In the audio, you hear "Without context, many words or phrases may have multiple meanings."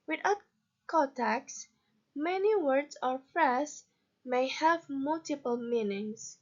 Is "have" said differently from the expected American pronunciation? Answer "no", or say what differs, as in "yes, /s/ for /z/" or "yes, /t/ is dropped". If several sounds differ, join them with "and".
no